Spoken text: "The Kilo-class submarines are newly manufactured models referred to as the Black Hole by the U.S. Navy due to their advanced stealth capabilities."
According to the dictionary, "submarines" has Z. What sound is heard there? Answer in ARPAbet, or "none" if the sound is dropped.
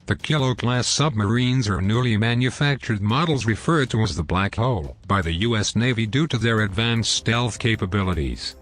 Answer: Z